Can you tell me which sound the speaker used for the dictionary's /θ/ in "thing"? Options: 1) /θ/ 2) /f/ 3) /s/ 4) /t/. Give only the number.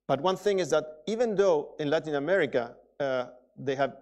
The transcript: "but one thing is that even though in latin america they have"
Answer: 1